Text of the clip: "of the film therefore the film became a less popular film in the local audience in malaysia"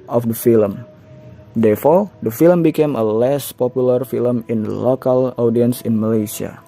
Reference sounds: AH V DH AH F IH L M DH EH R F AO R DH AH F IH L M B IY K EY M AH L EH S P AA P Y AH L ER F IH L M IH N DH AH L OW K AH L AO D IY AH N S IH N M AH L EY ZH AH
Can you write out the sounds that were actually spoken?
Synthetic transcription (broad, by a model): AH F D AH F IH L M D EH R F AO R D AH F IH L M B IY K EY M AH L EH S P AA P Y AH L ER F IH L M IH N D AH L OW K AH L AO D IY AH N S IH N M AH L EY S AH